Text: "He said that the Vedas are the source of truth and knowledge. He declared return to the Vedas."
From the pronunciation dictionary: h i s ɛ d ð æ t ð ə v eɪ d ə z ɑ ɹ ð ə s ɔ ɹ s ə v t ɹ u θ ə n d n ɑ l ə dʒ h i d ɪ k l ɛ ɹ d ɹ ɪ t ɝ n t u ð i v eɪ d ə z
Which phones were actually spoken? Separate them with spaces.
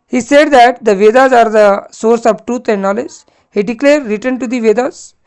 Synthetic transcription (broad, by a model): h i s ɛ d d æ t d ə v eɪ d ə z ɑ ɹ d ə s ɔ ɹ s ə v t ɹ u t ə n d n ɑ l ə dʒ h i d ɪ k l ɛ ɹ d ɹ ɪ t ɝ n t u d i v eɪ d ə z